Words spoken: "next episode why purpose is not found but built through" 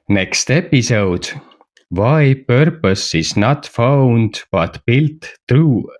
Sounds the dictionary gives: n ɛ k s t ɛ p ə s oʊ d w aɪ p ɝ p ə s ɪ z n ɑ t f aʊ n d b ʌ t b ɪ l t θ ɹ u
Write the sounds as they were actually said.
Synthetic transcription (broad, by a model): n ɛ k s t ɛ p ə s oʊ d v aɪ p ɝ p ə s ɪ s n ɑ t f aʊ n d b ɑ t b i l t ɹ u